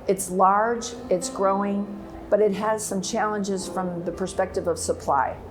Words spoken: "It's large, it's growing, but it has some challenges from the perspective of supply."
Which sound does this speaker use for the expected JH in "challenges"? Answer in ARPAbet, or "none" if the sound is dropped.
JH